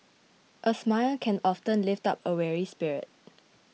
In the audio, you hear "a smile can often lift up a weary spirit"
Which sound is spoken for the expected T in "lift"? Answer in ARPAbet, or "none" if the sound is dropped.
T